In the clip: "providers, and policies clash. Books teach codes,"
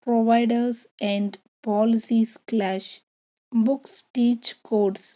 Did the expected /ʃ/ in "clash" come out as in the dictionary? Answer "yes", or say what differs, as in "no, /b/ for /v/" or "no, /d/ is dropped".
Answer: yes